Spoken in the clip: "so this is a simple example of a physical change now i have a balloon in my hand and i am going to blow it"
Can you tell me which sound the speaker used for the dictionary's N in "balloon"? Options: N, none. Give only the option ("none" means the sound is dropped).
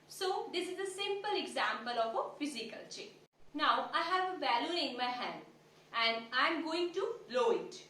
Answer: none